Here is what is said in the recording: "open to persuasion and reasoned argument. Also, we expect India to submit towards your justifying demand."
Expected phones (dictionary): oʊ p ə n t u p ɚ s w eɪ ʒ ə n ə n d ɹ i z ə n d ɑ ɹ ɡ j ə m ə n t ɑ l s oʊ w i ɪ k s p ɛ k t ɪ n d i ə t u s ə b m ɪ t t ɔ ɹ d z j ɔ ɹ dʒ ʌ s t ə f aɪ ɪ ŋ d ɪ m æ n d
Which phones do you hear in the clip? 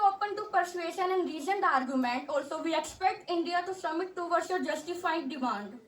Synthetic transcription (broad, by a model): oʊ p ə n t u p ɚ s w eɪ ʃ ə n ə n d ɹ i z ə n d ɑ ɹ ɡ j ə m ə n t ɑ l s oʊ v i ɪ k s p ɛ k t ɪ n d i ə t u s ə m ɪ t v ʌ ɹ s j ɔ ɹ dʒ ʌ s t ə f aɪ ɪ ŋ d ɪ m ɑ n d